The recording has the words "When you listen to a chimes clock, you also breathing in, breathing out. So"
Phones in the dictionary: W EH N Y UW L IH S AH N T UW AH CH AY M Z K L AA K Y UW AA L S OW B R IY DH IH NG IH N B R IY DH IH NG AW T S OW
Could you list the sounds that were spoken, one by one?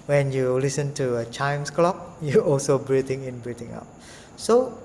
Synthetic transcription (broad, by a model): W EH N Y UW L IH S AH N T UW AH CH AY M S K L AA K Y UW AA L S OW B R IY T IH NG IH N B R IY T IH NG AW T S OW